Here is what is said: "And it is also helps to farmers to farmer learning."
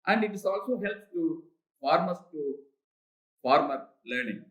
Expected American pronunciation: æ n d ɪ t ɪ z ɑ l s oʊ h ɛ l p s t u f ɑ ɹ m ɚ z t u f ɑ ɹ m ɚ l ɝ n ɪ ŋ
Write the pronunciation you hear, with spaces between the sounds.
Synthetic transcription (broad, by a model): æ n d ɪ t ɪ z ɑ l s oʊ h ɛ l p t u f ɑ ɹ m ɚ s t u f ɑ ɹ m ɚ l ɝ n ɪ ŋ